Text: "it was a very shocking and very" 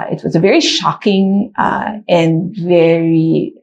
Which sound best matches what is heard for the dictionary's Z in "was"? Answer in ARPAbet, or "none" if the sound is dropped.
Z